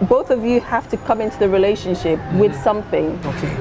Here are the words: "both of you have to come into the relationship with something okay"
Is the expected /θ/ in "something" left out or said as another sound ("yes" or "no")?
no